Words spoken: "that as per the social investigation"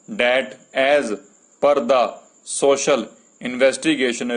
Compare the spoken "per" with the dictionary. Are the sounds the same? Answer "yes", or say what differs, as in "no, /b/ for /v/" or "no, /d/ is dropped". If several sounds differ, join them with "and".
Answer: yes